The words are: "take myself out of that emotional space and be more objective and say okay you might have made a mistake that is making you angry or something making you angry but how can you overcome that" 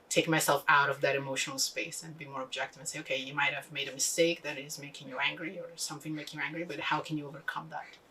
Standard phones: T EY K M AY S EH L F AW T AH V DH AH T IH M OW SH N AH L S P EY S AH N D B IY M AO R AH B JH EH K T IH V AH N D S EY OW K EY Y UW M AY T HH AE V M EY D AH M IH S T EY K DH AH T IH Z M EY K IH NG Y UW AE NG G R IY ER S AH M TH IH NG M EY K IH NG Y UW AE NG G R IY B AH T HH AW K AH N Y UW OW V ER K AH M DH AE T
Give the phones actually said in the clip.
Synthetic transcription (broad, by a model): T EY K M AY S EH L F AW T AH V DH AH T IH M OW SH N L S P EY S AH N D B IY M AO R AH B JH EH K T IH V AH N S EY OW K EY Y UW M AY T HH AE V M EY D AH M IH S T EY K DH AH T IH Z M EY K IH NG Y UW AE NG G R IY ER S AH M TH IH NG M EY K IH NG Y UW AE NG G R IY B AH T HH AW K AH N Y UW OW V ER K AH M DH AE T